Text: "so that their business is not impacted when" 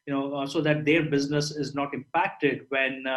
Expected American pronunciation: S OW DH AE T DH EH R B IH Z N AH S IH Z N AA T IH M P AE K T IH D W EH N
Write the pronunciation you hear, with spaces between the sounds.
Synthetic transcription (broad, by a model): S OW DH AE T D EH R B IH Z N AH S IH Z N AA T IH M P AE K T IH D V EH N